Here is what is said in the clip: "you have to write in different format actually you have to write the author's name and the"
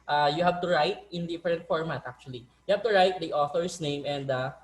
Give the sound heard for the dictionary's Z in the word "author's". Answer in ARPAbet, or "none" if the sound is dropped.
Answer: S